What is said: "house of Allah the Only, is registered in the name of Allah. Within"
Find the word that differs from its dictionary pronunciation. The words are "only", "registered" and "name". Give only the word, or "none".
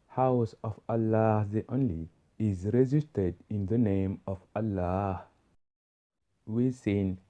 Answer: registered